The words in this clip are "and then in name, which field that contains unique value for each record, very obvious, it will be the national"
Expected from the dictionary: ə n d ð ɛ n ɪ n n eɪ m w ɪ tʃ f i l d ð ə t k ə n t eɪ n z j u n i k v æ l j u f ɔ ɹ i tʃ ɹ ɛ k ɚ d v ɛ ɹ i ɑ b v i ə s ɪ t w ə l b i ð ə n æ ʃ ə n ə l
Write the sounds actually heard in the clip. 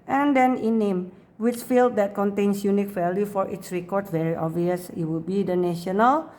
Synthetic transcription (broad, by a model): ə n d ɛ n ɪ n n eɪ m w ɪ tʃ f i l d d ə t k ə n t eɪ n s j u n i k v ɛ l j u f ɔ ɹ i s ɹ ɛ k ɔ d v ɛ ɹ i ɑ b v i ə s ɪ t w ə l b i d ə n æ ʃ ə n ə l